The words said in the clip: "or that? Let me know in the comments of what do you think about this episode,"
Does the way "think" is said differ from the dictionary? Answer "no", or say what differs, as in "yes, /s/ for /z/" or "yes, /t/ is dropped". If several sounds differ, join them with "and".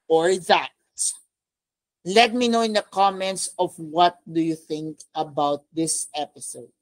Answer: no